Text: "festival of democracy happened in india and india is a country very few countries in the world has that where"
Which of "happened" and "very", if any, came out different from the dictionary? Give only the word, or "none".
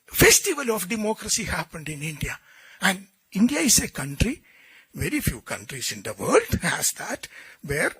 none